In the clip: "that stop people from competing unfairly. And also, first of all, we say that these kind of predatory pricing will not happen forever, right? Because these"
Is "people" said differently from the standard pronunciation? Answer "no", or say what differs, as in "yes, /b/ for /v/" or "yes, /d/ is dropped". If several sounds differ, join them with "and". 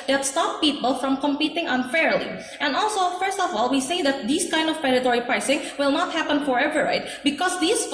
no